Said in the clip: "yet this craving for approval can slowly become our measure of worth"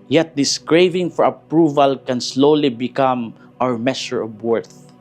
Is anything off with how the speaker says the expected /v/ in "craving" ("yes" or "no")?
no